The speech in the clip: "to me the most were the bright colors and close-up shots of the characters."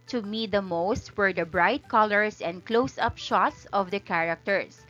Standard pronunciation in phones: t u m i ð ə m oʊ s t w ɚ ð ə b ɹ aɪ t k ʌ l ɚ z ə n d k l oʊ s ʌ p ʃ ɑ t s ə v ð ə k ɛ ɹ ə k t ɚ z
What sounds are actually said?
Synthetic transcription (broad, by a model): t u m i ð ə m oʊ s t w ɚ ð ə b ɹ aɪ t k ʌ l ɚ s ə n d k l oʊ s ʌ p ʃ ɑ t s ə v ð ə k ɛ ɹ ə k t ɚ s